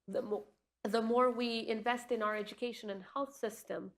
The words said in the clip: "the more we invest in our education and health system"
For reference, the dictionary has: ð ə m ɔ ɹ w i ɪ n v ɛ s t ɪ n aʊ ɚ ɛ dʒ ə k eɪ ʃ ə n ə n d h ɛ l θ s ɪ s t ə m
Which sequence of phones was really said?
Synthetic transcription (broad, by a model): ð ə m ɔ ɹ w i ɪ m v ɛ s t ɪ n aʊ ɚ ɛ dʒ ə k eɪ ʃ ə n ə n h ɛ l θ s ɪ s t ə m